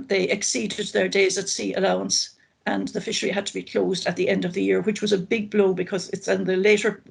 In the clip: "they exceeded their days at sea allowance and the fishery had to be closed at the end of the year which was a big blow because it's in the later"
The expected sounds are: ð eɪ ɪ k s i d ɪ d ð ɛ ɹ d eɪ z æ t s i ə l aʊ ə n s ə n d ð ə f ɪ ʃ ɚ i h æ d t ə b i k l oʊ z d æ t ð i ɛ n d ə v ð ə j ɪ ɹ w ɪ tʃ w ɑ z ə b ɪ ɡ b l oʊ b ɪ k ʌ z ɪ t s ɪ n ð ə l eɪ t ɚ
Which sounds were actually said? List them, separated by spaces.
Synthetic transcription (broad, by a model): ð eɪ ɪ k s i d ɪ d ð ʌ ɹ d eɪ z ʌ t s i ə l aʊ ə n s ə n ð ə f ɪ ʃ ɚ i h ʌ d t ə b i k l oʊ z d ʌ t ð i ɛ n d ə v ð ə j ɪ ɹ w ɪ tʃ w ɑ z ə b ɪ ɡ b l oʊ b ɪ k ʌ z ɪ t s ɪ n ð ə l eɪ t ɚ